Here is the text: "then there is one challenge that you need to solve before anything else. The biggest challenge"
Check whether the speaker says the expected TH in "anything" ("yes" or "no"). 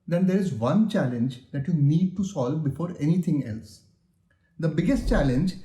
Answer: no